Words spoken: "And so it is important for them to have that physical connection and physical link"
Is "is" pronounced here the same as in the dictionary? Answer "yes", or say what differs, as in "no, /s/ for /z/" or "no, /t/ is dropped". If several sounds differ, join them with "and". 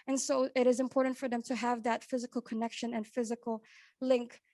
yes